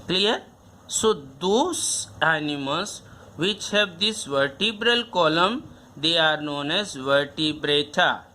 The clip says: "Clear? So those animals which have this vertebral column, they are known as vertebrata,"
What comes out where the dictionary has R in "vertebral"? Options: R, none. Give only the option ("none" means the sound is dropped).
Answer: R